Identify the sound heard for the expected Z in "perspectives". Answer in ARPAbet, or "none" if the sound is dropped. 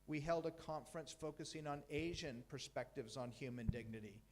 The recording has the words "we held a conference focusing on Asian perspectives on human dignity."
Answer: Z